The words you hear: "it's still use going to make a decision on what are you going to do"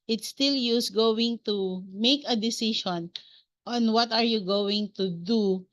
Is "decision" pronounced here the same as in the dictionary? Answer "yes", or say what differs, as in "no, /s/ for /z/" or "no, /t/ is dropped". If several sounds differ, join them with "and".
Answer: no, /ʃ/ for /ʒ/